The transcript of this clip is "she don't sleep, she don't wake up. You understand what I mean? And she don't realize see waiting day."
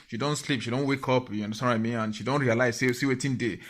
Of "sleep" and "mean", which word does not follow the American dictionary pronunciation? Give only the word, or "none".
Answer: mean